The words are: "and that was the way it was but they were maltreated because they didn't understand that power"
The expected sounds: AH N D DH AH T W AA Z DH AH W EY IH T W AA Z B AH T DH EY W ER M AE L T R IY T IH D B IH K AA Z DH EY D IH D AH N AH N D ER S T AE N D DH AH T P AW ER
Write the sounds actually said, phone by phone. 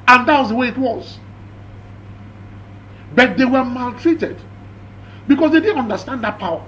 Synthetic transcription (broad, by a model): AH N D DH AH T W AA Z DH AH W EY IH T W AA Z B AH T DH EY W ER M AE L T R IY T IH D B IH K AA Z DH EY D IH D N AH N D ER S T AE N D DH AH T P AW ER